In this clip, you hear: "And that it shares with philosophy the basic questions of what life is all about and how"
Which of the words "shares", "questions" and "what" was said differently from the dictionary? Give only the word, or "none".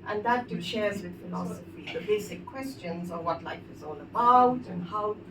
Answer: none